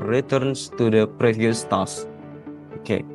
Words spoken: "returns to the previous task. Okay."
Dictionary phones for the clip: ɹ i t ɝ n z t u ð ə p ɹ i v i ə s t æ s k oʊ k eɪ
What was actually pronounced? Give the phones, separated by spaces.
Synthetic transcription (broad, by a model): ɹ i t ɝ n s t u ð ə p ɹ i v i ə s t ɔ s oʊ k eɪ